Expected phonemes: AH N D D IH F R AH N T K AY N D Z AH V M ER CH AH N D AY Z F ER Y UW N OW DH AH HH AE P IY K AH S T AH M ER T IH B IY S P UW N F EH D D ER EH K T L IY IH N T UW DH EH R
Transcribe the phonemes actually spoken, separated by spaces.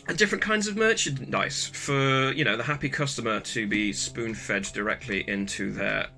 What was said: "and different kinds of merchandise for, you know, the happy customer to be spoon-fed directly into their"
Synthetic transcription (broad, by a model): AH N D D IH F R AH N K AY N D Z AH V M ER CH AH N D AY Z F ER Y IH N OW DH AH HH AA P IY K AH S T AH M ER T IH B IY S P UW N F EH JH D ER EH K T L IY IH N T UW DH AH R